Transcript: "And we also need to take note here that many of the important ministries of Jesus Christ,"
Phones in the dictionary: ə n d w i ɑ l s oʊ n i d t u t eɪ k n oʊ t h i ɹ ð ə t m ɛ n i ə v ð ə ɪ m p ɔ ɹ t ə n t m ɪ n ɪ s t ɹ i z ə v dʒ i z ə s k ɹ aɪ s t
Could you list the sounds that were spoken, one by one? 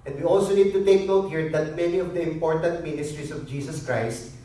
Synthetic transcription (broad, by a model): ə n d w i ɑ l s oʊ n i d t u t eɪ k n oʊ t h i ɹ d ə t m ɛ n i ə v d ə ɪ m p ɔ ɹ t ə n t m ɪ n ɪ s t ɹ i s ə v dʒ i s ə s k ɹ aɪ s t